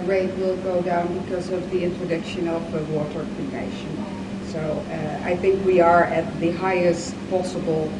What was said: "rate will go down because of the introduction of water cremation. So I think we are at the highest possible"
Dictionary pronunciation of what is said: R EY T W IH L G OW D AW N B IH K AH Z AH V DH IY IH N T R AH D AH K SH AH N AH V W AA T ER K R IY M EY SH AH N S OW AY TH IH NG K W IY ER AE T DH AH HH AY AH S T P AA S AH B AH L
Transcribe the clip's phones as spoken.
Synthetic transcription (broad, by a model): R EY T W IH L G OW D AW N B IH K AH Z AH V DH IY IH N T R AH D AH K SH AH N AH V W AA T ER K IY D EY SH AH N S OW AY TH IH NG K W IY ER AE T DH AH HH AY AH S T P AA S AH B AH L